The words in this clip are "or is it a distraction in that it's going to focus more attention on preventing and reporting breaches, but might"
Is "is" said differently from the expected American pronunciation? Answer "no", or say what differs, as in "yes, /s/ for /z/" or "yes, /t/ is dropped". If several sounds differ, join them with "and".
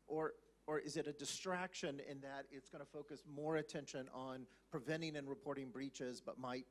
no